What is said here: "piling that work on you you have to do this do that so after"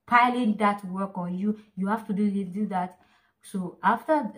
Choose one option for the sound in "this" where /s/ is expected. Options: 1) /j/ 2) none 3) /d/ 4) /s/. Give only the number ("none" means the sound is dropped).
2